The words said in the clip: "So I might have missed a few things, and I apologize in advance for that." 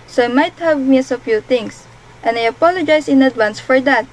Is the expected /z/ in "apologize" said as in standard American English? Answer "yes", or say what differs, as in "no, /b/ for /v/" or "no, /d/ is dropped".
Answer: no, /s/ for /z/